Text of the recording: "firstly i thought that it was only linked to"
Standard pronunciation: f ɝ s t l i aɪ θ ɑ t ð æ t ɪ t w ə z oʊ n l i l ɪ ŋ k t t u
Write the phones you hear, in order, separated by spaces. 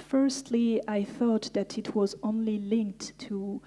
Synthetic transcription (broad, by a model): f ɝ s t l i aɪ θ ɑ t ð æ t ɪ t w ə z oʊ n l i l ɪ ŋ k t t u